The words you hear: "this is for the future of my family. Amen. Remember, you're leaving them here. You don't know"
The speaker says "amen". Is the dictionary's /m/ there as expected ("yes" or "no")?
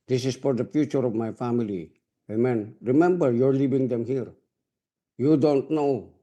yes